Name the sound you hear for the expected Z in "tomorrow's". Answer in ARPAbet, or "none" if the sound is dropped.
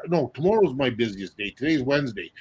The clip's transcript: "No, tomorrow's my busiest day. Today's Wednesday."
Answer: Z